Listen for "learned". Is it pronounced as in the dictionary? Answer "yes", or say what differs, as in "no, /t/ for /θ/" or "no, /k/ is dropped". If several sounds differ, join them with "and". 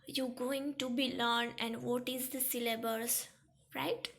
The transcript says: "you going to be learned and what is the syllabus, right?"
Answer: no, /d/ is dropped